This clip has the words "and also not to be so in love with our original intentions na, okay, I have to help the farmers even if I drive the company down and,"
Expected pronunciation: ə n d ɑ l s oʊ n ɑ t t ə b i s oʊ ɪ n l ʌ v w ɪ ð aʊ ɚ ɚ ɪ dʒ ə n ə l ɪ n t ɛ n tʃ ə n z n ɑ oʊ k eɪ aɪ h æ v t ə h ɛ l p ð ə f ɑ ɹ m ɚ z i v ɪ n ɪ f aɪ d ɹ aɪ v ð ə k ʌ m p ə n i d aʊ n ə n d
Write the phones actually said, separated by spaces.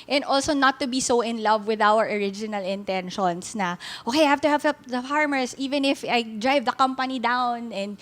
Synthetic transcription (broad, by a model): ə n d ɑ l s oʊ n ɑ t t ə b i s oʊ ɪ n l ʌ v w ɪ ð aʊ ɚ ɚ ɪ dʒ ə n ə l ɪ n t ɛ n ʃ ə n s n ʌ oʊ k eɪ aɪ h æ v t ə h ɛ l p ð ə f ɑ ɹ m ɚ s i v ɪ n ɪ f aɪ d ɹ aɪ v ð ə k ʌ m p ə n i d aʊ n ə n d